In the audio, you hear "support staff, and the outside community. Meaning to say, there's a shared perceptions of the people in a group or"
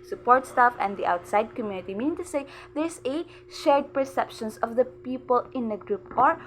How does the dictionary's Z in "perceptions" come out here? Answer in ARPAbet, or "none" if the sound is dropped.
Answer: S